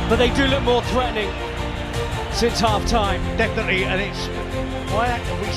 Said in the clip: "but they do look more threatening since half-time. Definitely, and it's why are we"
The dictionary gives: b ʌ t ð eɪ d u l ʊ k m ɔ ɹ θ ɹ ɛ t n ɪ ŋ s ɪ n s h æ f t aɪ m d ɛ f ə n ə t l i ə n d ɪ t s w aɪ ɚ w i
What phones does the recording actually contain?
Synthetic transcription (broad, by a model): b ʌ t ð eɪ d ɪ l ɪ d m ɔ ɹ θ ɹ ɛ t n ɪ ŋ s ɪ n s h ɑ f t aɪ m d ɛ f ə n ə t l i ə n ɪ t s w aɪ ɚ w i